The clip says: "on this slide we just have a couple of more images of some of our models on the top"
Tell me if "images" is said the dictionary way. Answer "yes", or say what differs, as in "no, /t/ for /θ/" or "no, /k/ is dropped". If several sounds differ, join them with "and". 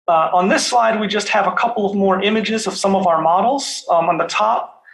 yes